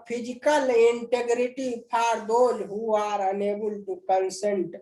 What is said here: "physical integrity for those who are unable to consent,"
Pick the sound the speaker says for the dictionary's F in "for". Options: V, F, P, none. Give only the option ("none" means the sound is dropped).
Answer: P